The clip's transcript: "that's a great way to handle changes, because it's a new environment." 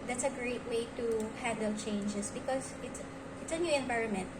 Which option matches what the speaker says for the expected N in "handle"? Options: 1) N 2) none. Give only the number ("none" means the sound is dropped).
2